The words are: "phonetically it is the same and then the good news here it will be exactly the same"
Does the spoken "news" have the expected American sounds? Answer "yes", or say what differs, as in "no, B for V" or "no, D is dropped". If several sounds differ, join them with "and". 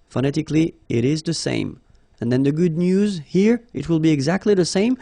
yes